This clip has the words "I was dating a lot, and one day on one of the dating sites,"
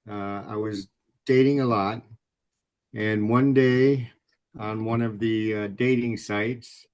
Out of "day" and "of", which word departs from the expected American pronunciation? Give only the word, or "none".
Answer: none